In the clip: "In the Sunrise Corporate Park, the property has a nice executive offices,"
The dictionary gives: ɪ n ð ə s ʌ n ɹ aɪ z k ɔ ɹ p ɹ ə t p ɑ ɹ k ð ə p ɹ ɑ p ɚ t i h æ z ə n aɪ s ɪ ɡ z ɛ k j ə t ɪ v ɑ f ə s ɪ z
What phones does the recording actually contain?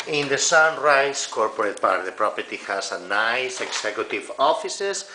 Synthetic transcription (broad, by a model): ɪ n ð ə s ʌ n ɹ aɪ s k ɔ ɹ p ɹ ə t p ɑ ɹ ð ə p ɹ ɑ p ɚ t i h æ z ə n aɪ s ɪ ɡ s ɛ k j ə t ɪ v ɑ f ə s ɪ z